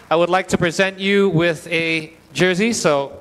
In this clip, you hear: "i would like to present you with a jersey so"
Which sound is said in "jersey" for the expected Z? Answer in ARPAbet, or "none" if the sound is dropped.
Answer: Z